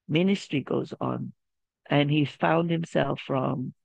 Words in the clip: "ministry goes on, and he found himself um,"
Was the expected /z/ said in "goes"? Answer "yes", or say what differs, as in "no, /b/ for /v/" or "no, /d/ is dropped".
yes